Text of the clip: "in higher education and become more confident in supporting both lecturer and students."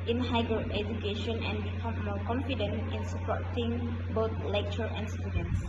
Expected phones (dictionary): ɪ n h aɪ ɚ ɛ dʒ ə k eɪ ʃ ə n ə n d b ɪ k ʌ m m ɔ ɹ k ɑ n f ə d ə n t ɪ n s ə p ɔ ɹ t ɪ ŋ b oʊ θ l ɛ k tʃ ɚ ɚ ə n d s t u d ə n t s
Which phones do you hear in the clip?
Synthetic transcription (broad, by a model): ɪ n h aɪ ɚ ɛ dʒ ə k eɪ ʃ ə n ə n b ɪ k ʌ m m ɔ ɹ k ɑ n f ə d ə n t ɪ n s ə p ɔ ɹ t ɪ ŋ b oʊ t l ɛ k tʃ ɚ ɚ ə n s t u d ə n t s